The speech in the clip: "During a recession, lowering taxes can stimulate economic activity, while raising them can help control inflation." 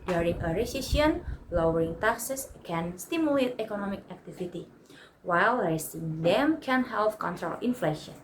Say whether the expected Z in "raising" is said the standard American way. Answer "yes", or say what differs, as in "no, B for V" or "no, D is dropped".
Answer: no, S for Z